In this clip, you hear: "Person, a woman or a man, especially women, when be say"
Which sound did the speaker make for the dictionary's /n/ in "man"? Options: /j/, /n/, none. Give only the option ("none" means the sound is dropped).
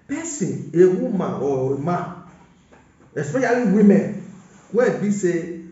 none